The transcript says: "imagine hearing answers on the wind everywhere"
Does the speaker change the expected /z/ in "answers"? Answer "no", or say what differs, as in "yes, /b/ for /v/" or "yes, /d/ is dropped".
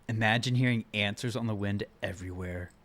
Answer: no